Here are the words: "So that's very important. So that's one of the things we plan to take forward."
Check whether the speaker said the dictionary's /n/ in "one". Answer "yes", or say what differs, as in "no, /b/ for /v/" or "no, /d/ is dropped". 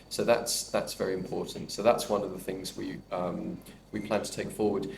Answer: yes